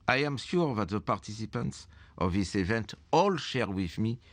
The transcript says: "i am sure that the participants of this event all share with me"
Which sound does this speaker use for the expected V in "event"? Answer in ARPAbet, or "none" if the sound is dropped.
V